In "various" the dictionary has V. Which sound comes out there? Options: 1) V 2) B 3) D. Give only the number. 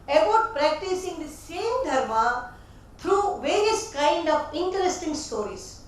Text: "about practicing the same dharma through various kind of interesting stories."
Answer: 1